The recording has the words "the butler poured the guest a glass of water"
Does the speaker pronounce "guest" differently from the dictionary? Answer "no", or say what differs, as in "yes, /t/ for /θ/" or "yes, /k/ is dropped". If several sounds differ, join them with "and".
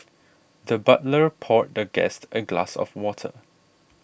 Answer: no